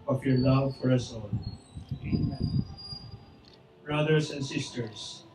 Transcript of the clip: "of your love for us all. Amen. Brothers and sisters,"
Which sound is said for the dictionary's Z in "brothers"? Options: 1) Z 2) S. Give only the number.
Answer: 2